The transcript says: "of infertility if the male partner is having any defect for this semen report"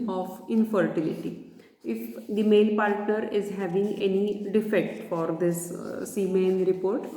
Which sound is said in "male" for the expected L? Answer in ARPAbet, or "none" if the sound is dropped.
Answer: N